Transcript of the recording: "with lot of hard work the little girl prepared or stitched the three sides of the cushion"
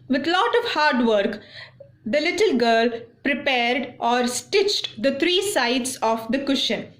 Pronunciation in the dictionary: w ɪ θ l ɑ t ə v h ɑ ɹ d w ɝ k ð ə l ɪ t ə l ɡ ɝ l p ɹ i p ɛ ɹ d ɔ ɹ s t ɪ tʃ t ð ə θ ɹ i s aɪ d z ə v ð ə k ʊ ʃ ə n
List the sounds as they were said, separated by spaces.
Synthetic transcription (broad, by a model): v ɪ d l ɑ t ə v h ɑ ɹ d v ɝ k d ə l ɪ t ə l ɡ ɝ l p ɹ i p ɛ ɹ d ɔ ɹ s t ɪ tʃ t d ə t ɹ i s aɪ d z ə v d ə k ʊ ʃ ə n